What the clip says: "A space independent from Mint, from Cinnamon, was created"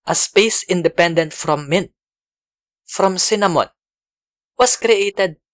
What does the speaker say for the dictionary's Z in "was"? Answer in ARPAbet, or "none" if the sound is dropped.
S